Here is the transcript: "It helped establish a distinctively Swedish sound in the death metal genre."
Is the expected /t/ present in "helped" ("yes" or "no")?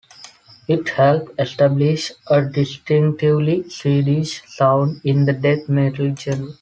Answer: no